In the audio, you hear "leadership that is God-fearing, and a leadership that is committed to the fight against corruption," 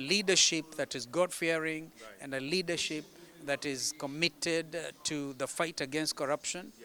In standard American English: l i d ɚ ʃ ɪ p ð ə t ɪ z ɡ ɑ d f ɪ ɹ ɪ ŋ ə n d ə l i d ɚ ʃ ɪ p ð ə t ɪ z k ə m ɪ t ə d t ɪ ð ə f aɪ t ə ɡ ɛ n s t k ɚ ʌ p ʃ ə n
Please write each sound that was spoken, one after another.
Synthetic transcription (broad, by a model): l i d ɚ ʃ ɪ p ð ə t ɪ z ɡ ɑ d f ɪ ɹ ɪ ŋ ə n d ə l i d ɚ ʃ ɪ p ð ə t ɪ z k ə m ɪ t ə d t ɪ ð ə f aɪ t ə ɡ ɛ n s t k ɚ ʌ p ʃ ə n